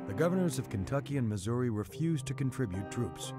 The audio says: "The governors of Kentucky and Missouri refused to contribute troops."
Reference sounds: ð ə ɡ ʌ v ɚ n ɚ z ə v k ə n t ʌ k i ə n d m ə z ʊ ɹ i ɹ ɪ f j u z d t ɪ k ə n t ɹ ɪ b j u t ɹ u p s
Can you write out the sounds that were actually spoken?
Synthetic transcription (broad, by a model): ð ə ɡ ʌ v ɚ n ɚ z ə v k ə n t ʌ k i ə n m ə z ʊ ɹ i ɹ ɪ f j u z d t ɪ k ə n t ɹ ɪ b j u t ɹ u p s